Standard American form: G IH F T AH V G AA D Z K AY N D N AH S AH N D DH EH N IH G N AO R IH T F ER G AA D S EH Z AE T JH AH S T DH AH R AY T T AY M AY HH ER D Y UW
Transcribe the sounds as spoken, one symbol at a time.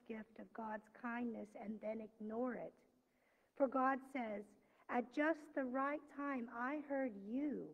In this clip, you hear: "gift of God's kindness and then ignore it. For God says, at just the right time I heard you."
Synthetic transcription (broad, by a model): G IH F T AH V G AA D Z K AY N N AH S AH N DH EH N IH G N AO R IH T F ER G AA D S EH Z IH T JH AH S T DH AH R AY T T AY M AY HH ER D Y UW